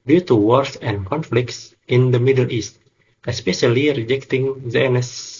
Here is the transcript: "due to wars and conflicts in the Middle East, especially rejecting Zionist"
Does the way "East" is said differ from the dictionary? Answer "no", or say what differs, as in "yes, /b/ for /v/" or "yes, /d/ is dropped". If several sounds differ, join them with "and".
no